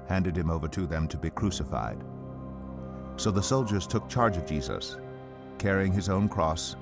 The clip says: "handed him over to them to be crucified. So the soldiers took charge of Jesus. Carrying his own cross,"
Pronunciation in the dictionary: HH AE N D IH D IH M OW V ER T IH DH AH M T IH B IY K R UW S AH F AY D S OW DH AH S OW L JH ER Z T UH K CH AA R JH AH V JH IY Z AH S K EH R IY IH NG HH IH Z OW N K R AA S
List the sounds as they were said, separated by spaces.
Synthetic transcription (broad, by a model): HH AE N D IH D IH M OW V ER T IH DH AH M T IH B IY K R UW S AH F AY D S OW DH AH S OW L JH ER Z T UH K CH AA R JH AH V JH IY Z AH S K EH R IY IH NG IH Z OW N K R AA S